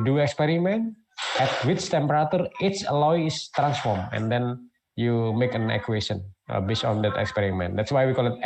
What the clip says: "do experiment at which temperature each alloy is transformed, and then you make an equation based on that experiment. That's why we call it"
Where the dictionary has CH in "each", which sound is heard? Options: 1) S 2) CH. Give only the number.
1